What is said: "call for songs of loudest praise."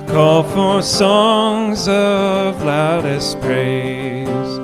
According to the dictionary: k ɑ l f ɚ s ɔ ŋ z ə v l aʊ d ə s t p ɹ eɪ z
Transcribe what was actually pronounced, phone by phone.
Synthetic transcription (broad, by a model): k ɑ l f ɚ s ɔ ŋ z ə v l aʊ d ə s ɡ ɹ eɪ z